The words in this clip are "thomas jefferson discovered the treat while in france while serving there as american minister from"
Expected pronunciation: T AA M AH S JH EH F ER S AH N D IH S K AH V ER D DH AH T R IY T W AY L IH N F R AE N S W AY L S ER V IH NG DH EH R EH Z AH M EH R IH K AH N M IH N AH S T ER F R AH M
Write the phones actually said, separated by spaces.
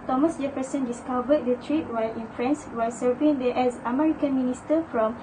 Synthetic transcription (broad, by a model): T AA M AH S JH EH P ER S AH N D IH S K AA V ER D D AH T R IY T W AY L IH N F R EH N S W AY S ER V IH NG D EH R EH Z AH M EH R IH K AH N M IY N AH S T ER F R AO M